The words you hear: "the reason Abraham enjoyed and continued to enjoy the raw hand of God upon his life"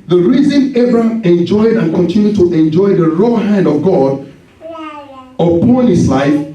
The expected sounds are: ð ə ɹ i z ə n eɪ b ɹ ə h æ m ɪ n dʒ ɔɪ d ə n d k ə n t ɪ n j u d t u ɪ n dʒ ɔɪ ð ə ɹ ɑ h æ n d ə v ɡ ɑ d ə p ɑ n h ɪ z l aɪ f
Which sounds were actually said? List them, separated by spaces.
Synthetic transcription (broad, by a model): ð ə ɹ i z ə n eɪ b ɹ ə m ɪ n dʒ ɔɪ d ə n k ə n t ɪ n j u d t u ɪ n dʒ ɔɪ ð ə ɹ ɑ h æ n d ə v ɡ ɑ d ə p ɑ n h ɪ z l aɪ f